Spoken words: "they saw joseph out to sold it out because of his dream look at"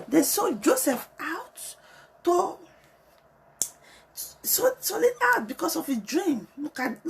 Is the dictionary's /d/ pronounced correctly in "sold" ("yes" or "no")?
no